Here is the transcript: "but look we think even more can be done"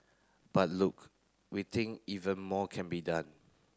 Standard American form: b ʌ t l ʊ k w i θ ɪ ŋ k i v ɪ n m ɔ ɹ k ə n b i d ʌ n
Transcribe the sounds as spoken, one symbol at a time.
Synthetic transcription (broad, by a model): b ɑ t l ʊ k w i t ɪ ŋ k i v ɪ n m ɔ k ə n b i d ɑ n